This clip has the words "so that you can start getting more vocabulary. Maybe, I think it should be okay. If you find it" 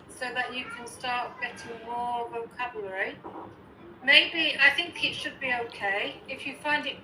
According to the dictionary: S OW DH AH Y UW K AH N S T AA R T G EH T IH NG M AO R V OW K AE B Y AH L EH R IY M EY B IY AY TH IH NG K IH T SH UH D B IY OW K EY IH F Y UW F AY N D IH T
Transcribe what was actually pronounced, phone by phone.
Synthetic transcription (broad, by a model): S OW DH AH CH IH K AH N S T AA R T G EH T IH NG M AO R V OW K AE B Y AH L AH R IY M EY B IY AY TH IH NG K IH T SH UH D B IY OW K EY IH F Y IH F AY N D IH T